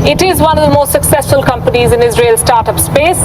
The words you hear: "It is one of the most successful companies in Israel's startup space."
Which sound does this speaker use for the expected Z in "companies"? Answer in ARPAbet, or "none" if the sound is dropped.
Z